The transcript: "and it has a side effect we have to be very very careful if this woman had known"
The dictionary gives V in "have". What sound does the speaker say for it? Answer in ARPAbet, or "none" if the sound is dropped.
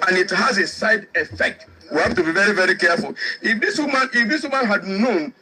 F